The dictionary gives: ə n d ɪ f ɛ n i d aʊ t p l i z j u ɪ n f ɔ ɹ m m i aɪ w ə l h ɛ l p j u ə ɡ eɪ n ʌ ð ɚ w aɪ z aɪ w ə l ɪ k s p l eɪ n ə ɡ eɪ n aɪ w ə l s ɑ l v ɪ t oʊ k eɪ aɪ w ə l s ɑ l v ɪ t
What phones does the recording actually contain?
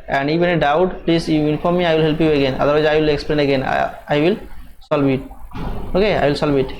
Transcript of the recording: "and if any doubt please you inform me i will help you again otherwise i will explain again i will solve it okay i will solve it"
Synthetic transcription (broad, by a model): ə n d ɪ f ɛ n i d aʊ t p l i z j u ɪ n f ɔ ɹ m m i aɪ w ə l h ɛ l p j u ə ɡ eɪ n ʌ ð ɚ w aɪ aɪ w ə l ɪ k s p l eɪ n ə ɡ eɪ n aɪ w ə l s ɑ l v ɪ t oʊ k eɪ aɪ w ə l s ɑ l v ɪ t